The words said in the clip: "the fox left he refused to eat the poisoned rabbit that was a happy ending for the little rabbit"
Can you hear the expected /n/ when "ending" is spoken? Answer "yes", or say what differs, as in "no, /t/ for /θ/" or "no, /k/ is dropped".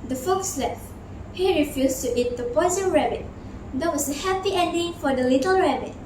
yes